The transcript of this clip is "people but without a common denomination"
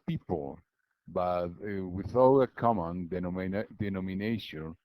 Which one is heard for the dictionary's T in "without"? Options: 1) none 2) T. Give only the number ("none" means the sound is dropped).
1